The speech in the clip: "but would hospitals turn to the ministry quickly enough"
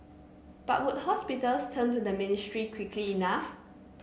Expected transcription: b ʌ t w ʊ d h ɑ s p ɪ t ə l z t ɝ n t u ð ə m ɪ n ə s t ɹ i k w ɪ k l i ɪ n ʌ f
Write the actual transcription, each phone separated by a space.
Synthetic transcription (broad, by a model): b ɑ t w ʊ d h ɑ s p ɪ t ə l s t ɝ n t u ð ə m ɪ n ə s t ɹ i k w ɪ k l i n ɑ f